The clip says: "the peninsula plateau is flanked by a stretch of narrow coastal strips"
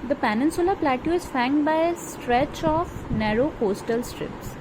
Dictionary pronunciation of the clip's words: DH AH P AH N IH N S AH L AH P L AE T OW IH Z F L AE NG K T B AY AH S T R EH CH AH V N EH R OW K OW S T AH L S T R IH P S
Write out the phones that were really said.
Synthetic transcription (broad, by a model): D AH P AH N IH N S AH L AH P L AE T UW IH Z F AE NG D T B AY AH S T R EH CH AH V N EH R OW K OW S T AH L S T R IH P S